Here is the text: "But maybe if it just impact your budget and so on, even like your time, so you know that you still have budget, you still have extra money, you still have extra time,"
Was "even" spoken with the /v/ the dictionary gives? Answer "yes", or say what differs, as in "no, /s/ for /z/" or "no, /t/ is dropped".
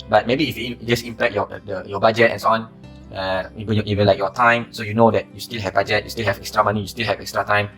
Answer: no, /b/ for /v/